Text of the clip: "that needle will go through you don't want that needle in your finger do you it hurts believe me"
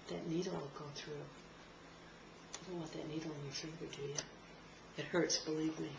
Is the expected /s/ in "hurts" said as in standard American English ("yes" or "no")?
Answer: yes